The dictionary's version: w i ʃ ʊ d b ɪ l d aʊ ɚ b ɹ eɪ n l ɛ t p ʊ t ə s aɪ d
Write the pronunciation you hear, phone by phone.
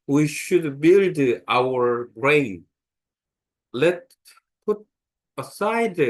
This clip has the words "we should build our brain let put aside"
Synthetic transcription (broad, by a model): w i ʃ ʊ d b ɪ l d aʊ ɚ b ɹ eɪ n l ɛ t p ʊ t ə s aɪ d